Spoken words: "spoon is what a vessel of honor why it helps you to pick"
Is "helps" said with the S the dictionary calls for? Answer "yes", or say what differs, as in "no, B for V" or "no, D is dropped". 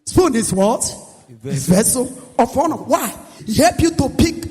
no, S is dropped